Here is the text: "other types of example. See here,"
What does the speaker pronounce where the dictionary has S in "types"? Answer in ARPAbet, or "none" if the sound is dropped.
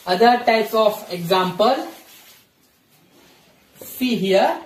none